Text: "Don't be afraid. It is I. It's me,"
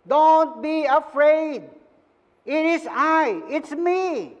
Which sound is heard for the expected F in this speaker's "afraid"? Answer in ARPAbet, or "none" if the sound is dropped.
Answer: F